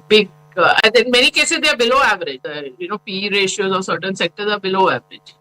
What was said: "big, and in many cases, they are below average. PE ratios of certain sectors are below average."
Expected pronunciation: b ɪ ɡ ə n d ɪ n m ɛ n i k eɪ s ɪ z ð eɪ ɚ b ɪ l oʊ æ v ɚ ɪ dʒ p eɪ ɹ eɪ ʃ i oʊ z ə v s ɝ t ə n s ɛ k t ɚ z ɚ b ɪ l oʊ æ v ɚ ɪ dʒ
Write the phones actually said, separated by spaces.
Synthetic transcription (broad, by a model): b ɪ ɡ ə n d ɪ n m ɛ n i k eɪ s ɪ z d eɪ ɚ b ɪ l oʊ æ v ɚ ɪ dʒ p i ɹ eɪ ʃ i oʊ z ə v s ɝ t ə n s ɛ k t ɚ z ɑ b ɪ l oʊ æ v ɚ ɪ dʒ